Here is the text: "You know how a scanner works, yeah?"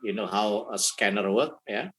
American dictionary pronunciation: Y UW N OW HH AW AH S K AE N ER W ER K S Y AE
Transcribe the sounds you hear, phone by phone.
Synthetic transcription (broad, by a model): Y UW N OW HH AW AH S K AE N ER W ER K Y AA